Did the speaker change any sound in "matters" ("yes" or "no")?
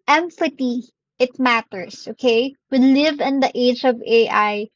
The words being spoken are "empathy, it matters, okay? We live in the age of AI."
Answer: yes